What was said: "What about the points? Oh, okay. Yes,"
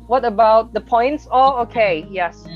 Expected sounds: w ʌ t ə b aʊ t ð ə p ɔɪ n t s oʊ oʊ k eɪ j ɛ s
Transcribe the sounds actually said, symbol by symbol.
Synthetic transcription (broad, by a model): w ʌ t ə b aʊ t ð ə p ɔɪ n t s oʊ oʊ k eɪ j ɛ s